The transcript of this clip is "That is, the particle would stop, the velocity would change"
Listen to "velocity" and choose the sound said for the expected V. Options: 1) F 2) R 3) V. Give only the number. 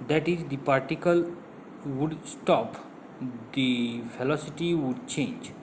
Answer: 1